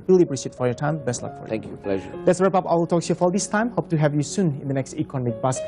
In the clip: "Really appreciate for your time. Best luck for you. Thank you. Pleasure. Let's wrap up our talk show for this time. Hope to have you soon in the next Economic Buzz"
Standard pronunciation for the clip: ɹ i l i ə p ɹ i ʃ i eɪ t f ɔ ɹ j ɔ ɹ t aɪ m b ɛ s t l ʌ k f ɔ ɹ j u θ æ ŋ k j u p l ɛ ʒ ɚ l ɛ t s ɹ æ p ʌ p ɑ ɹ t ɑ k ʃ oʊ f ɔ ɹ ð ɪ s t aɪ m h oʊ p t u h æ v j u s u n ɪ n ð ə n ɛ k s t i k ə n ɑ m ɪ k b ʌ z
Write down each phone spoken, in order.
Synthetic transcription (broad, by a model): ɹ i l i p ɹ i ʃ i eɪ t f ɔ ɹ j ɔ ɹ t aɪ m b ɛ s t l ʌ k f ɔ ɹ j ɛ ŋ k j u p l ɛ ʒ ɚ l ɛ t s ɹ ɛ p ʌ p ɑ l t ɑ k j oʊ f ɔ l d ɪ s t aɪ m h oʊ p t u h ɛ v j u s u n ɪ n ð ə n ɛ k s t i k ə n ɑ m ɪ k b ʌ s